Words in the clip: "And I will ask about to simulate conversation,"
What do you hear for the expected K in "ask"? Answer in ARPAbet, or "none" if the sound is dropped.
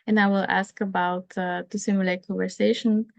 K